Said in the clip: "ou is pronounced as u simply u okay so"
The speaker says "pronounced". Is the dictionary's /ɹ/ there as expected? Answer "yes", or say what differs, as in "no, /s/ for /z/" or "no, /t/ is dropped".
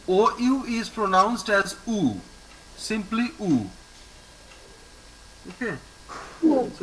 yes